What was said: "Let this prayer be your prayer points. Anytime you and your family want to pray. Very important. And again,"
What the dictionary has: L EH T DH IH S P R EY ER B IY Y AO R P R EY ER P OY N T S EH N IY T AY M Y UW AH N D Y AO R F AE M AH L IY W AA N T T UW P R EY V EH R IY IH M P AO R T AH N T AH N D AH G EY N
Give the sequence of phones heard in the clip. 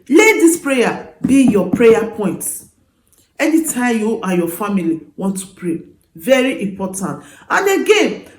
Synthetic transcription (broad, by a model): L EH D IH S P R EY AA B IY Y AO P R EY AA P OY N T EH N IY T AY M Y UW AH Y AO F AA M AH L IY W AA N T T UW P R EY V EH R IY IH M P AO T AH N T AH N D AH G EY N